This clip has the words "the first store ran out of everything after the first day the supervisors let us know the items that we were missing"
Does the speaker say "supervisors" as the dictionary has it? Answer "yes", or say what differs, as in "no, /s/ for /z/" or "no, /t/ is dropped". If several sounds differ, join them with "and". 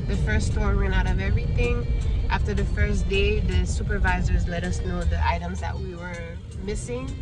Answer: yes